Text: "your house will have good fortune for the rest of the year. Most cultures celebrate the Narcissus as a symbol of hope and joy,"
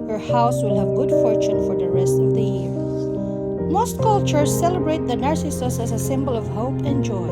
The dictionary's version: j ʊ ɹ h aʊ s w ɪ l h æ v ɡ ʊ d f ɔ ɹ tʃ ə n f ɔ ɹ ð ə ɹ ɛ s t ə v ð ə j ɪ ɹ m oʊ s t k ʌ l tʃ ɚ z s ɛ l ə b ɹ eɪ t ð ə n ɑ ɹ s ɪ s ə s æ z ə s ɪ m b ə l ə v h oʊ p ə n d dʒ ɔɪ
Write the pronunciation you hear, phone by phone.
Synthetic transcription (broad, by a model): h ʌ ɹ h aʊ s w ɪ l h æ v ɡ ʊ d f ɔ ɹ tʃ ə n f ɔ ɹ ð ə ɹ ɛ s t ə v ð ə j ɪ ɹ m oʊ s t k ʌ l tʃ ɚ s ɛ l ə b ɹ eɪ t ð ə n ɑ ɹ s ɪ s ə s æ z ə s ɪ m b ə l ə v h oʊ p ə n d dʒ ɔɪ